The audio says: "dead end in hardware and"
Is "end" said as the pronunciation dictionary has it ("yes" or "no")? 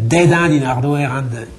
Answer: no